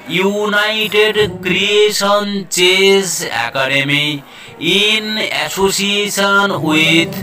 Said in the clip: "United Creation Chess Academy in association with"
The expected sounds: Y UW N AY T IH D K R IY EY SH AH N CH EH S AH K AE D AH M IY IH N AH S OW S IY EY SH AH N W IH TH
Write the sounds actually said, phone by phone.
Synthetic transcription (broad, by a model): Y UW N AY T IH D K R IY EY S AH N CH EH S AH K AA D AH M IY IH N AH S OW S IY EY S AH N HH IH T